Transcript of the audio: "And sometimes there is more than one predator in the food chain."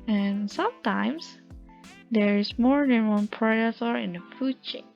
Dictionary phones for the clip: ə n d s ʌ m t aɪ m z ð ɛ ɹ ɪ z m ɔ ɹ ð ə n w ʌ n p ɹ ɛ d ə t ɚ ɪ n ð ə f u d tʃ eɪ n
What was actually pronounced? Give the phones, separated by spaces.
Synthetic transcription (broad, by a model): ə n s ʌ m t aɪ m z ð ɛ ɹ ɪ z m ɔ ɹ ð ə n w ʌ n p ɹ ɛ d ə s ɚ ɪ n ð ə f u d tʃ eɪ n